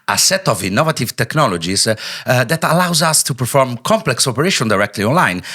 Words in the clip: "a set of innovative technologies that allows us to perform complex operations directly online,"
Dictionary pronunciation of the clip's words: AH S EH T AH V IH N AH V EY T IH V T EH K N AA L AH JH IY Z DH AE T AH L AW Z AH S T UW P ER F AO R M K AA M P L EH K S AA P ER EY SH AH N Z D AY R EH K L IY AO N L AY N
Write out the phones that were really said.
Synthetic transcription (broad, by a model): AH S EH T AH V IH N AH V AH T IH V T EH K N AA L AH JH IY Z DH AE T AH L AW Z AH S T UW P ER F AO R M K AA M P L EH K S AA P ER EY SH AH N D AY R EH K L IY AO N L AY N